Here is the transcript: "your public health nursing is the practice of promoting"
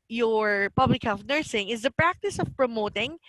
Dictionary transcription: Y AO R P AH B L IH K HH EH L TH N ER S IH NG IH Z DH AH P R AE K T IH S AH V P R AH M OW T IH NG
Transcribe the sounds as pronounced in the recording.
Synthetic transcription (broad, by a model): Y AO R P AH B L IH K HH EH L F N ER S IH NG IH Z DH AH P R AE K T IH S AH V P R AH M OW T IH NG